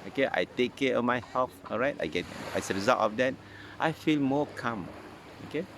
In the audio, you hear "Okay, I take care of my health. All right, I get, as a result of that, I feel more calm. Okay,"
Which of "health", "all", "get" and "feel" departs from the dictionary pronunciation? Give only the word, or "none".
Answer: health